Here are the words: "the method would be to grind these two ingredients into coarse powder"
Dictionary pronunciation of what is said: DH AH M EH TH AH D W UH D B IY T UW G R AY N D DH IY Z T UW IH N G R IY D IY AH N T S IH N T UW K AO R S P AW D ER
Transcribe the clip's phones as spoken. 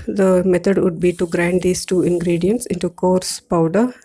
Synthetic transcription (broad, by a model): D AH M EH T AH D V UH D B IY T UW G R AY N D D IY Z T UW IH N G R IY D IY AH N T S IH N T UW K AO R S P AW D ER